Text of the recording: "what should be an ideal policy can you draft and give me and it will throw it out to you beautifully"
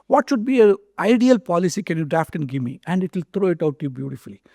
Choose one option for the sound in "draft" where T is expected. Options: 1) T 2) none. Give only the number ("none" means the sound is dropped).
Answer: 1